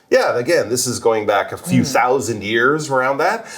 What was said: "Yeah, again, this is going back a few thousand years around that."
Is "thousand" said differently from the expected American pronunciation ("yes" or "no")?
no